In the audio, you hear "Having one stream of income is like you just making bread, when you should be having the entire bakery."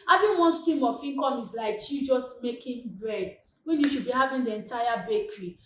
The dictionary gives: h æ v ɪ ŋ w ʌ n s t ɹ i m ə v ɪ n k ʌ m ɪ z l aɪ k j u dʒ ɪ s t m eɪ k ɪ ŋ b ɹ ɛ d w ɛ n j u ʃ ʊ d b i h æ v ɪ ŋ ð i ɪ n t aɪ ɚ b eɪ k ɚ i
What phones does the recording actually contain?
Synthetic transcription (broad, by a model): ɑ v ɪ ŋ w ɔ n s t ɹ i m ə f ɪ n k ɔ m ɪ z l aɪ k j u dʒ ɪ s t m eɪ k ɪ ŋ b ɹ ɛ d w ɛ n j u ʃ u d b i h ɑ v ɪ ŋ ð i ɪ n t aɪ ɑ b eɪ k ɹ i